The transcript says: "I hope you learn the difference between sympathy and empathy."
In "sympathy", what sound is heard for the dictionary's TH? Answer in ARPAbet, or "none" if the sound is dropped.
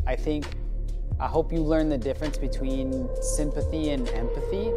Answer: TH